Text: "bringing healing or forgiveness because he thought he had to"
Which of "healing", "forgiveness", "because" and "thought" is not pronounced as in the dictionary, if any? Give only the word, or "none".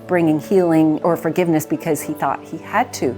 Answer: none